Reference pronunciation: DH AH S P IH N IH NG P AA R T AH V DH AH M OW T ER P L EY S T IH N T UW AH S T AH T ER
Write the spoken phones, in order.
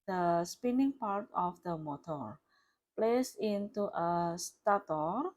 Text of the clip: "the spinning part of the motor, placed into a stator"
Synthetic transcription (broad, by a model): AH S P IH N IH NG P AA R T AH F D AH M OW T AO P L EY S IH N T UW AH S T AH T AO